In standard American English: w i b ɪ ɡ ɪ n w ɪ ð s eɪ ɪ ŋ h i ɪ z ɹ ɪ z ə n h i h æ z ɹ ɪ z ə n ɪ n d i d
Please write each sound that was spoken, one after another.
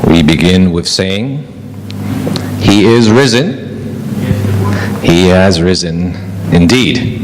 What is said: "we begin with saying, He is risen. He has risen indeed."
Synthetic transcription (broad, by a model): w i b ɪ ɡ ɪ n w ɪ ð s eɪ ɪ ŋ h i ɪ z ɹ ɪ z ə n h i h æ z ɹ ɪ z ə n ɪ n d i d